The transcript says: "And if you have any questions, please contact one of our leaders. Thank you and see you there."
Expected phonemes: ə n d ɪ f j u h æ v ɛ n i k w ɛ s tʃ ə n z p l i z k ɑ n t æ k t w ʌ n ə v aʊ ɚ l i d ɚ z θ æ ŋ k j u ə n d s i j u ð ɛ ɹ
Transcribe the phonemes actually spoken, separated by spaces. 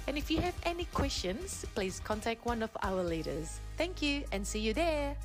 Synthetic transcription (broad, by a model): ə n ɪ f j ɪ v ɛ n i k w ɛ s tʃ ə n z p l i z k ɑ n t æ k t w ʌ n ə v aʊ ɚ l i d ɚ z θ æ ŋ k j u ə n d s i j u ð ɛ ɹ